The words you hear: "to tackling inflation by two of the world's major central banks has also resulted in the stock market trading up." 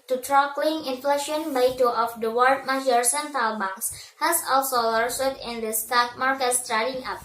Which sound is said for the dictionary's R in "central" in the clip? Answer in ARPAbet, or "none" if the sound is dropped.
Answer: none